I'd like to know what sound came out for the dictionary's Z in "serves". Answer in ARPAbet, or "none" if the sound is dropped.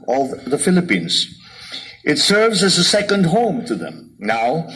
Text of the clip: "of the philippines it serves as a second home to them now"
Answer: Z